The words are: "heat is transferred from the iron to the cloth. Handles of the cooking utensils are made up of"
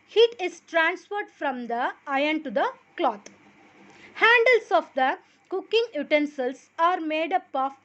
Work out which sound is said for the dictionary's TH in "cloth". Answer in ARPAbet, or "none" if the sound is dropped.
T